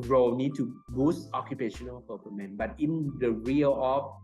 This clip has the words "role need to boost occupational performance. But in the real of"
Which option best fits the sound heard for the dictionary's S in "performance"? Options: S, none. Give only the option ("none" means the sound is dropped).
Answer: none